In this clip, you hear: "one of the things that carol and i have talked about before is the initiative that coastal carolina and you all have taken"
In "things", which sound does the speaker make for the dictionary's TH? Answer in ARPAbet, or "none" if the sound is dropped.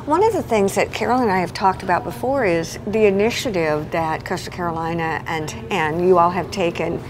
TH